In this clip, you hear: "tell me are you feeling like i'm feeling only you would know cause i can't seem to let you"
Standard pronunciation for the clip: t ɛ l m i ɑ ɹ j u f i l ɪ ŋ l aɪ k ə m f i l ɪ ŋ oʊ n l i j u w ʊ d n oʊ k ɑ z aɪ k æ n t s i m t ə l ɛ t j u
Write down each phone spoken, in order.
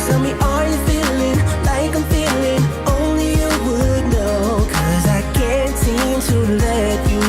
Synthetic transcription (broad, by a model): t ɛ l m i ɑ l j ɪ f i l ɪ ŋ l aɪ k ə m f i l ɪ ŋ oʊ n l i j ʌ w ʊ d n oʊ k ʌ z aɪ k æ n t s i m t ə l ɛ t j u